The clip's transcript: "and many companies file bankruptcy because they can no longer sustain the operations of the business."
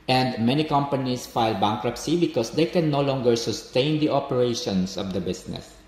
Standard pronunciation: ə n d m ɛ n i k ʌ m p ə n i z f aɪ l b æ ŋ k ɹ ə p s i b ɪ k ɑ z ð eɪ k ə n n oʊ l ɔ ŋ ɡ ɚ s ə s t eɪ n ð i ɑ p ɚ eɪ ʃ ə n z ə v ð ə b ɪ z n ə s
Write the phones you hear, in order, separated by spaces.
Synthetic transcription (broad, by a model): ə n d m ɛ n i k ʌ m p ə n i s f aɪ l b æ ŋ k ɹ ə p s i b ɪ k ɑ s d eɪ k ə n n oʊ l ɔ ŋ ɡ ɚ s ə s t eɪ n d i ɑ p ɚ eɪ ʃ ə n s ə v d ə b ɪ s n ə s